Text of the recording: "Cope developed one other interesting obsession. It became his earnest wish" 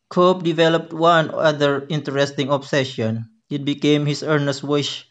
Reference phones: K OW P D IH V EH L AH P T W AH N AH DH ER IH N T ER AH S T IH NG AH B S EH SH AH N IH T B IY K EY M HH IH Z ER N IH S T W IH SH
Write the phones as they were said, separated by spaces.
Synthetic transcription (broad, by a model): K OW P D IH V EH L AH P T W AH N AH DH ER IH N T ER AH S T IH NG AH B S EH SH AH N IH T B IY K EY M HH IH S ER N IH S T W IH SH